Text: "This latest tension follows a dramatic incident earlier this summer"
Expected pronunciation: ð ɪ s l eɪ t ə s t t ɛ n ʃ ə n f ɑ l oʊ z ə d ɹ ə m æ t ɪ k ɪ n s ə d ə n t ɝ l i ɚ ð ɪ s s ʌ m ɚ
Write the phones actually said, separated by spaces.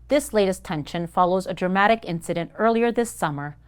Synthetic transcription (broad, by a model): ð ɪ s l eɪ t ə s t t ɛ n ʃ ə n f ɑ l oʊ z ə d ɹ ə m æ t ɪ k ɪ n s ə d ə n t ɝ l i ɚ ð ɪ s s ʌ m ɚ